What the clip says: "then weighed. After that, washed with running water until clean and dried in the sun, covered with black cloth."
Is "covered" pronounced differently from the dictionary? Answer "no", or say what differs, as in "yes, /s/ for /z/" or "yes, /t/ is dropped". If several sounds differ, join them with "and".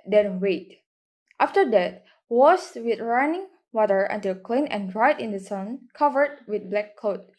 no